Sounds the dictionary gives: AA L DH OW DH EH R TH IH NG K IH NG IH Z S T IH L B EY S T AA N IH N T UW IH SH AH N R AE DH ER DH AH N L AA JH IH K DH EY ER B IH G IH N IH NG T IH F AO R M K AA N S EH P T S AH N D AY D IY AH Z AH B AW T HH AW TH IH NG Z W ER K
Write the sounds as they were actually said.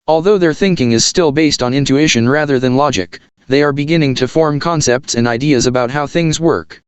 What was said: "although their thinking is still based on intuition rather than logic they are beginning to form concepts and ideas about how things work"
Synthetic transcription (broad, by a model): AA L DH OW DH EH R TH IH NG K IH NG IH Z S T IH L B EY S T N IH N T UW IH SH AH N R AE DH ER DH AH N L AA JH IH K DH EY ER B IH G IH N IH NG T IH F AO R M K AA N S EH P T S AH N D AY D IY AH Z AH B AW T HH AW TH IH NG Z W ER K